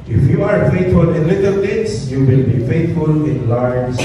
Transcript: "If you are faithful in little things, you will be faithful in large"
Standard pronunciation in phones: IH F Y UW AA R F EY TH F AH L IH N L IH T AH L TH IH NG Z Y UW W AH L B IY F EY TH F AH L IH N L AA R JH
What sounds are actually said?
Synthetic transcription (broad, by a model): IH F Y UW AA R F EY T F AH L IH N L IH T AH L T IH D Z Y UW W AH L B IY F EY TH F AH L IH N L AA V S